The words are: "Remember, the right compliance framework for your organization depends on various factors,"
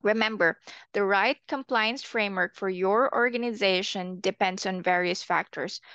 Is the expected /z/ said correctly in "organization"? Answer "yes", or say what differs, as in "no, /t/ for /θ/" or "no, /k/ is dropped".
yes